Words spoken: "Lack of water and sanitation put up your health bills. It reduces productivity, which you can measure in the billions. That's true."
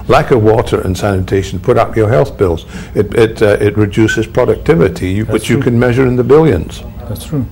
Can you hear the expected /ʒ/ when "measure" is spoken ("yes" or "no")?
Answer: yes